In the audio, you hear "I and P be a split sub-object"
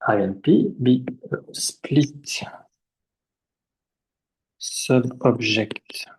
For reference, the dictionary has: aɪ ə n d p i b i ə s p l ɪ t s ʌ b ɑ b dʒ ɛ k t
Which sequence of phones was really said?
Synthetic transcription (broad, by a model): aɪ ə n p i b i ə s p l ɪ t s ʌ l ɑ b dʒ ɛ k t